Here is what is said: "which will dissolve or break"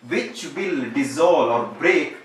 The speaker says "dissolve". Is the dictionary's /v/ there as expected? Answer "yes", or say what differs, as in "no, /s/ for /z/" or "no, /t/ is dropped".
no, /v/ is dropped